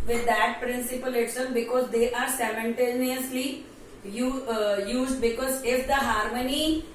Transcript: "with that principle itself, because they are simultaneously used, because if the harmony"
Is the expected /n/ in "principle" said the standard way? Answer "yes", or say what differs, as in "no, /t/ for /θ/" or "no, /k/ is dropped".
yes